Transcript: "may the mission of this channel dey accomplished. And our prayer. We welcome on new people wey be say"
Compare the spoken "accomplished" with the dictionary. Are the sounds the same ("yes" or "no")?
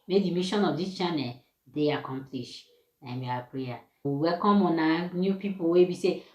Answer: no